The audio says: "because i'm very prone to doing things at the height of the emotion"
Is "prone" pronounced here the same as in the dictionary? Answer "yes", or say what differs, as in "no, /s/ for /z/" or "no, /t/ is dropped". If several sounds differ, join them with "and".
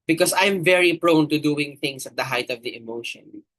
yes